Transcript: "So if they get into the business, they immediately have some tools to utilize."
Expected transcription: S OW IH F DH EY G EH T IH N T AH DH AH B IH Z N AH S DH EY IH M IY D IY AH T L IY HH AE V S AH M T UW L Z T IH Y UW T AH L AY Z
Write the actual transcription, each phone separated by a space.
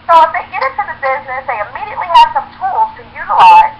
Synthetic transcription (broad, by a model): S OW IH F DH EY G EH T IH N T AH DH AH B IH Z N AH S DH EY IH M IY D IY AH T L IY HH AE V S AH M T UW L Z T IH Y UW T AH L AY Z